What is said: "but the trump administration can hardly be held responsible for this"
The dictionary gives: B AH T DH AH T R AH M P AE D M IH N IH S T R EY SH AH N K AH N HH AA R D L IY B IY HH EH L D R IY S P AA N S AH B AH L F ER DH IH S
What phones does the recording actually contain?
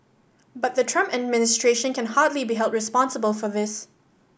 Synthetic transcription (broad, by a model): B AH T DH AH T R AH M P AE D M IH N IH S T R EY SH AH N K AH N HH AA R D L IY B IY HH EH L D R IY S P AA N S AH B AH L F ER DH IH S